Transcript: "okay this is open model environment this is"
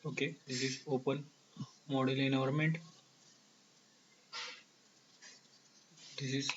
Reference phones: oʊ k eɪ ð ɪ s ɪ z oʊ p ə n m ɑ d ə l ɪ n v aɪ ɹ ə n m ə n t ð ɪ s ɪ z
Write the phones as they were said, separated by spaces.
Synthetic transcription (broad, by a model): oʊ k eɪ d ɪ s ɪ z oʊ p ə n m ɑ d ə l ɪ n aɪ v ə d m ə n t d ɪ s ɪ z